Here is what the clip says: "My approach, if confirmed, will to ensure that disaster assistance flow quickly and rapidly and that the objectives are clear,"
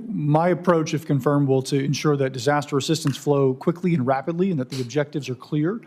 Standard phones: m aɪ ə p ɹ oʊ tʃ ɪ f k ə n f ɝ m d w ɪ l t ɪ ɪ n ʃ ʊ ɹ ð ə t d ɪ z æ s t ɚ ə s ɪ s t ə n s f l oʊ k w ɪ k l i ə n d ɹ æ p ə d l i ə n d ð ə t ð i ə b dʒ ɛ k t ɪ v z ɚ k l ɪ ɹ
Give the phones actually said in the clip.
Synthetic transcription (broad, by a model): m aɪ ə p ɹ oʊ tʃ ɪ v k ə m f ɝ m d w ɪ l t ɪ ɪ n ʃ ʊ ɹ ð ə t d ɪ z æ s t ɚ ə s ɪ s t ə n s f l oʊ k w ɪ k l i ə n ɹ æ p ə d l i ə n ð ə t ð i ə b dʒ ɛ k t ɪ v z ɚ k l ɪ ɹ